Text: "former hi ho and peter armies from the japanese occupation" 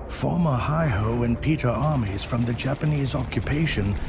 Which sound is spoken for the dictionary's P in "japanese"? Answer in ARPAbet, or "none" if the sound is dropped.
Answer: P